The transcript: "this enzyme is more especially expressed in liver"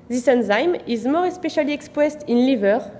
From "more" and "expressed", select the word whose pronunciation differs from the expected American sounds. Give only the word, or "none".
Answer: expressed